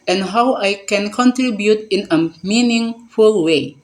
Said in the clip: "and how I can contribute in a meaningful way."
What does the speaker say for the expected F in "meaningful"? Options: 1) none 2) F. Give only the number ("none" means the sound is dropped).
2